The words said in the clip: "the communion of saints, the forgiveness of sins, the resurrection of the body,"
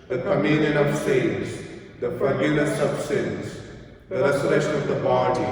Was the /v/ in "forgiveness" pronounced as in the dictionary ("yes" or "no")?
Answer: no